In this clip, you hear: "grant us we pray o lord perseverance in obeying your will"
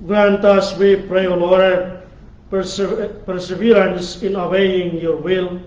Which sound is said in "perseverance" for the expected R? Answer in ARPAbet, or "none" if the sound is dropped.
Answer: L